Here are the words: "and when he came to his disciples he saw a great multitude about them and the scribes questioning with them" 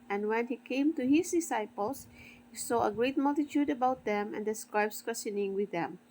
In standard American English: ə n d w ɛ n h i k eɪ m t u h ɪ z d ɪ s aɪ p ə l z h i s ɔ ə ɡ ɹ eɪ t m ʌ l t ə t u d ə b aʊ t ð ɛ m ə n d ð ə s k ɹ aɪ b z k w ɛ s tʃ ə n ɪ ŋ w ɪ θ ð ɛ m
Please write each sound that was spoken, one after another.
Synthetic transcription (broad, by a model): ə n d w ɛ n h i k eɪ m t u h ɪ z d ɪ s aɪ p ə l s h i s ɔ ə ɡ ɹ eɪ t m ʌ l t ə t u d ə b aʊ t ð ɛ m ə n d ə s k ɹ aɪ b s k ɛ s ə n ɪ ŋ w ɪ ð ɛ m